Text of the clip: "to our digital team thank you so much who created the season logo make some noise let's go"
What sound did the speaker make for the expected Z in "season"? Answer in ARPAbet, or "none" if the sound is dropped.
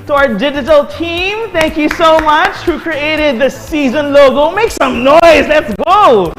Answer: Z